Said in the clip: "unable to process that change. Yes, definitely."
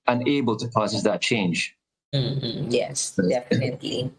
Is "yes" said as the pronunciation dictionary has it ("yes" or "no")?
yes